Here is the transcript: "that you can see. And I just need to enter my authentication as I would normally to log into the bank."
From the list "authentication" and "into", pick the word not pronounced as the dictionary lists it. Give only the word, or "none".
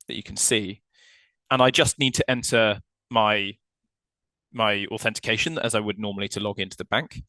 none